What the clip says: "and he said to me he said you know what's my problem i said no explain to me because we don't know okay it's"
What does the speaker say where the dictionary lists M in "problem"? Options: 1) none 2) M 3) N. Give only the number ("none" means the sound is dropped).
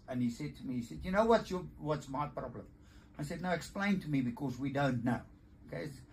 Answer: 2